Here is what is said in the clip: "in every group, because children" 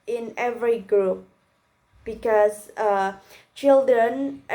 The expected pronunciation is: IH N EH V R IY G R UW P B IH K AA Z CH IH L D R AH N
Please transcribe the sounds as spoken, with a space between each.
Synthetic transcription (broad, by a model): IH N EH V R IY G R UW P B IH K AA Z CH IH L D R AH N